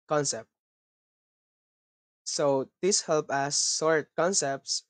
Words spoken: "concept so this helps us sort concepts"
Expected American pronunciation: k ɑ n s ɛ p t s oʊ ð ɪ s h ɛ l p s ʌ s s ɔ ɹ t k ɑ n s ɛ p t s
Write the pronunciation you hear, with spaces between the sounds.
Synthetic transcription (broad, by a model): k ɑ n s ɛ p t s oʊ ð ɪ s h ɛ l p ʌ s s ɔ ɹ t k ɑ n s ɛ p t s